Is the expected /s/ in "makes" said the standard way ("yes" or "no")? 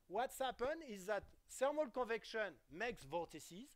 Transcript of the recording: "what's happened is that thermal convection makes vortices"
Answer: yes